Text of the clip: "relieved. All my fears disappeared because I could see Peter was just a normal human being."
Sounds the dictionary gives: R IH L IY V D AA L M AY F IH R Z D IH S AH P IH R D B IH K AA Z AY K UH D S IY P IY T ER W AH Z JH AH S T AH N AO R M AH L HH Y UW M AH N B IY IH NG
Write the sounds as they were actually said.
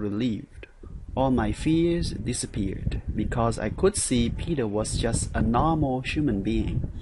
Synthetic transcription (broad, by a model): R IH L IY V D AA L M AY F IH R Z D IH S AH P IH R D B IH K AA Z AY K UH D S IY P IY T ER W AH Z JH AH S T AH N AO R M L HH Y UW M AH N B IY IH NG